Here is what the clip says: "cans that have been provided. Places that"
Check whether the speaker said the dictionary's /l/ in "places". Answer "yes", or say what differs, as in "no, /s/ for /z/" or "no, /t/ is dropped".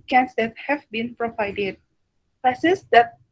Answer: no, /l/ is dropped